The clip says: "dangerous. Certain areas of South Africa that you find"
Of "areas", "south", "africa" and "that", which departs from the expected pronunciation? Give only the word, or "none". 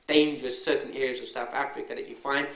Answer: none